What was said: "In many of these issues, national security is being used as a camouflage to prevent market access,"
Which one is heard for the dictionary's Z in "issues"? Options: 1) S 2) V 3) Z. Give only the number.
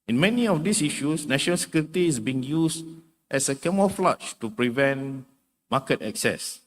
1